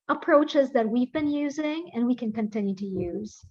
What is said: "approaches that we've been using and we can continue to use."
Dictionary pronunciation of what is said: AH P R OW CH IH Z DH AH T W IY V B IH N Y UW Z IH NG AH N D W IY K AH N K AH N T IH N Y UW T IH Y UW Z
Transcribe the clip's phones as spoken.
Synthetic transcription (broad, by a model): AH P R OW CH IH Z DH AH T W IY V B IH N Y UW Z IH NG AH N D W IY K AH N K AH N T IH N Y UW T IH Y UW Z